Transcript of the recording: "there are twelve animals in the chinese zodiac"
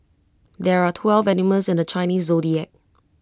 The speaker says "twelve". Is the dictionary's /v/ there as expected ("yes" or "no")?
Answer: yes